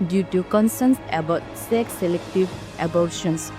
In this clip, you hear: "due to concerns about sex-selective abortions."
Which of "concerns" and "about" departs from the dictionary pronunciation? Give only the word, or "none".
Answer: concerns